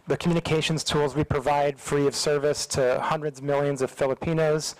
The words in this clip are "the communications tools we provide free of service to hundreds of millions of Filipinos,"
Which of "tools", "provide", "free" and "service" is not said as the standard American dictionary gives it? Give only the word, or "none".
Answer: none